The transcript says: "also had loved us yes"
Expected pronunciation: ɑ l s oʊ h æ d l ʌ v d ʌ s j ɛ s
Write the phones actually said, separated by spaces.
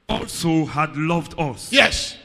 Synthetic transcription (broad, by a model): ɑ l s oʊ h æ d l ʌ v d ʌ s j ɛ s